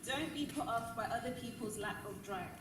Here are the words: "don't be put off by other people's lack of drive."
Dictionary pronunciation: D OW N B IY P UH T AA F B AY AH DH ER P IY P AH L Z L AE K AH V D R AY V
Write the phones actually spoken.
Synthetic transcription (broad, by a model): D OW N B IY P UH T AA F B AY AH DH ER P IY P AH L Z L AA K AH V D R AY